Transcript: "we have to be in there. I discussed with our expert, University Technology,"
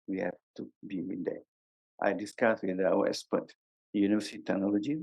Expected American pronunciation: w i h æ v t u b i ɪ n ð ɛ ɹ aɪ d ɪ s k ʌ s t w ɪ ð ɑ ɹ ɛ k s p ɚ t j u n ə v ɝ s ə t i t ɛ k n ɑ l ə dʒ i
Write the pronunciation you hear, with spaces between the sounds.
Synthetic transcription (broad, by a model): w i h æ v t u b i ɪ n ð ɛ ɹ aɪ d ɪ s k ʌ s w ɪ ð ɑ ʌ s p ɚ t j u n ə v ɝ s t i t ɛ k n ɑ l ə dʒ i